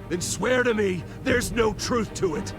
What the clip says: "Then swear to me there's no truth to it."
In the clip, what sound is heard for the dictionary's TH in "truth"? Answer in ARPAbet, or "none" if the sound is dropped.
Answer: TH